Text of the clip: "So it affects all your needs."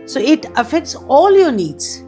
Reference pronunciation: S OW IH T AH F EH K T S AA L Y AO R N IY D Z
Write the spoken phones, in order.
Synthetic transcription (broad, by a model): S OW IH T AH F EH K T S AA L Y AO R N IY D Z